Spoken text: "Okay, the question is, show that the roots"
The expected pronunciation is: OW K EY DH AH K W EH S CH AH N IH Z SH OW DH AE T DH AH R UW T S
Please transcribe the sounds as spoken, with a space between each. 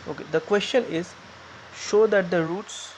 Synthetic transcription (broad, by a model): OW K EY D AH K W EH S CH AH N IH Z SH OW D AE T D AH R UW T S